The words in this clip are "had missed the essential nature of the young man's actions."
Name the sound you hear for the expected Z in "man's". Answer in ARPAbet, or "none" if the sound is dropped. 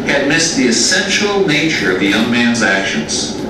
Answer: Z